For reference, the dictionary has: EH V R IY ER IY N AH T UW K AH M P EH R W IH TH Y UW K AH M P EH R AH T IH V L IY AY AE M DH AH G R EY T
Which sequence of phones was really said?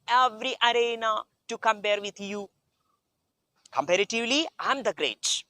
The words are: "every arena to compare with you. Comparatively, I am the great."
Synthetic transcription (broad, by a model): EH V R IY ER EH N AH T UW K AH M P EH R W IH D Y UW K AH M P EH R AH T IH V L IY AY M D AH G R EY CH